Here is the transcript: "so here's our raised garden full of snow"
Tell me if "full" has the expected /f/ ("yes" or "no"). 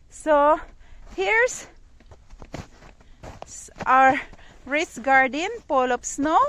no